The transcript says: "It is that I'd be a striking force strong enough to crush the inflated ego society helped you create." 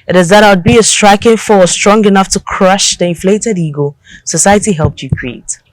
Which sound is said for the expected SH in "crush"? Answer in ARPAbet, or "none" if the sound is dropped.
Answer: SH